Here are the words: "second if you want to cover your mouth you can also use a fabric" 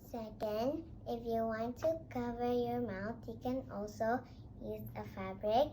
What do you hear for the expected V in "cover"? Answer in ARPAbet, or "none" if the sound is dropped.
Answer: V